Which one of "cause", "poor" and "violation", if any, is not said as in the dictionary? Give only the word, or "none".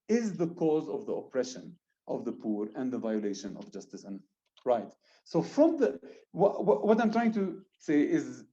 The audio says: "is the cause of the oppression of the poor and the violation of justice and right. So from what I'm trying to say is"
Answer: none